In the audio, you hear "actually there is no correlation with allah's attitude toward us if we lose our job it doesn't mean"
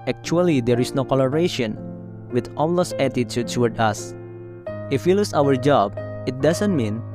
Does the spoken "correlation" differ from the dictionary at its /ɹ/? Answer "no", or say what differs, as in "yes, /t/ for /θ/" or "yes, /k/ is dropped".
yes, /l/ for /ɹ/